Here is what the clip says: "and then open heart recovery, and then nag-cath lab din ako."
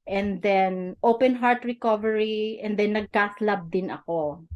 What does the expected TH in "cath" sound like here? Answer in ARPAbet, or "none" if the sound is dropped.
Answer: S